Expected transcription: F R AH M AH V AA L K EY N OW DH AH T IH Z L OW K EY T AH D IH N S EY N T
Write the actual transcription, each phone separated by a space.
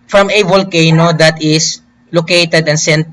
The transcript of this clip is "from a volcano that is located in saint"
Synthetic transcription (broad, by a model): F R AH M AH V AA L K EY N OW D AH T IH S L OW K EY T AH D IH N S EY N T